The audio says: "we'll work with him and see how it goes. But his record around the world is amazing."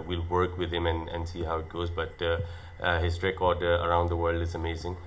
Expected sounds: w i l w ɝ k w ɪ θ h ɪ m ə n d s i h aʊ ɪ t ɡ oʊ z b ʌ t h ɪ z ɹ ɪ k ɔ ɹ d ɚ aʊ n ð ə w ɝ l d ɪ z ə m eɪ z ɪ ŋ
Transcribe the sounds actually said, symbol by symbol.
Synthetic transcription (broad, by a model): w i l w ɝ k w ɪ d h ɪ m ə n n s i h aʊ ɪ t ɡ oʊ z b ʌ t h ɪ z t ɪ k ɔ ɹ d ɚ aʊ n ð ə w ɝ l d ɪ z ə m eɪ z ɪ ŋ